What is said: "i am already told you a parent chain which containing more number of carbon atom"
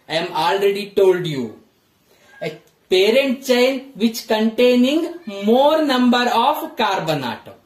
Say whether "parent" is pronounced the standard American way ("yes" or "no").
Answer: yes